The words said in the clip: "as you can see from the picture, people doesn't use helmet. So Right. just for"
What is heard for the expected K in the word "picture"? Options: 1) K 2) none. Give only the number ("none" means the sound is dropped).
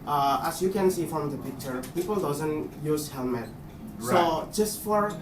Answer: 1